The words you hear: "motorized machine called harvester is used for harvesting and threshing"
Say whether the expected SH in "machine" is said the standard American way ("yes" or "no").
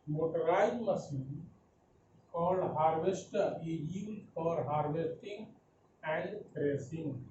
no